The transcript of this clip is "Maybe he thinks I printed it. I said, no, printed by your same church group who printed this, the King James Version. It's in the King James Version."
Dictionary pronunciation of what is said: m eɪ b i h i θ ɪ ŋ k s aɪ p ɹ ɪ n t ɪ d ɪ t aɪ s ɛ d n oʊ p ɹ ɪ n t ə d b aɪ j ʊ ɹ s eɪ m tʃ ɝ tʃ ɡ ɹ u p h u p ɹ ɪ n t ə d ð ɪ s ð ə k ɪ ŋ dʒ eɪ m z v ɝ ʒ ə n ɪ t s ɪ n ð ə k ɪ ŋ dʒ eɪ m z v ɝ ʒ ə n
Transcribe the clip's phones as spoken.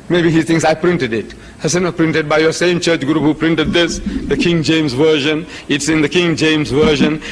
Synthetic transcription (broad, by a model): m eɪ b i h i t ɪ ŋ s aɪ p ɹ ɪ n t ɪ d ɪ t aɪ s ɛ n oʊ p ɹ ɪ n t ə d b aɪ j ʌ s eɪ m tʃ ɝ tʃ ɡ ɹ u p h u p ɹ ɪ n t ə d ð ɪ s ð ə k ɪ ŋ dʒ eɪ m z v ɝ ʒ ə n ɪ t s ɪ n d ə k ɪ ŋ dʒ eɪ m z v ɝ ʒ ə n